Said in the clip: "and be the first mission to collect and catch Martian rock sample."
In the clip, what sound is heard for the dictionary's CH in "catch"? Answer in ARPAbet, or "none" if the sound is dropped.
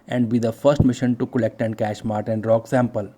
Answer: SH